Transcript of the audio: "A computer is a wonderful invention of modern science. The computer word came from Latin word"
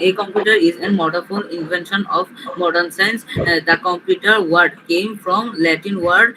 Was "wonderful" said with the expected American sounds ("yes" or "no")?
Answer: no